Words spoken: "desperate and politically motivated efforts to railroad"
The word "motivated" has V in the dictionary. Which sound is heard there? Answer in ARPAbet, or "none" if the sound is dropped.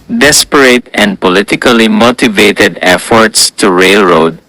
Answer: V